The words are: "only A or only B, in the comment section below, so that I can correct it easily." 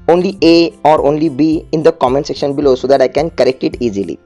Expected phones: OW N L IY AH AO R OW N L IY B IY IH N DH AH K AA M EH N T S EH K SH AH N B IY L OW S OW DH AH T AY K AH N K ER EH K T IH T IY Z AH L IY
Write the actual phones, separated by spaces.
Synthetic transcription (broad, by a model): OW N L IY AH AO R OW N L IY B IY IH N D AH K AA M EH N T S EH K SH AH N B IY L OW S OW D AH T AY K AH N K ER EH K T IH T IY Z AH L IY